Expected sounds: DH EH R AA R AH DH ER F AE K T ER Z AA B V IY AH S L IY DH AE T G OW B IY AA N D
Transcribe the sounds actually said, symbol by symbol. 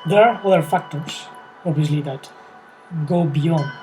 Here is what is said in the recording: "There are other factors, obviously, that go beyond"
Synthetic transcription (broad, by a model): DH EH R AA R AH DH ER F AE K T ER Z AA B V IY AH S L IY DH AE T G OW B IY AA N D